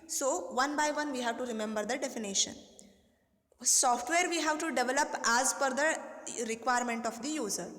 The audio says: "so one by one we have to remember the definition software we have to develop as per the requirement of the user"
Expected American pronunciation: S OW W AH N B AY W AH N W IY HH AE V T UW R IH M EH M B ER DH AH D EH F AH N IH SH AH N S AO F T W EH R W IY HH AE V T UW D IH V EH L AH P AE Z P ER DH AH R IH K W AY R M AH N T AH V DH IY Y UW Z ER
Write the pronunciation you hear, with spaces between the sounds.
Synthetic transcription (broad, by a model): S OW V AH N B AY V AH N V IY HH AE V T UW R IH M EH M B ER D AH D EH F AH N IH SH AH N S AO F T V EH R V IY HH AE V T UW D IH V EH L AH P AE Z F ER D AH R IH K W AY R M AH N T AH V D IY Y UW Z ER